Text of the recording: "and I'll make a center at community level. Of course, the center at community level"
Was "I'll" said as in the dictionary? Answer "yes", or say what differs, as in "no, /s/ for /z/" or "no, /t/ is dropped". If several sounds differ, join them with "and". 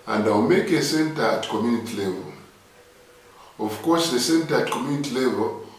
no, /w/ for /l/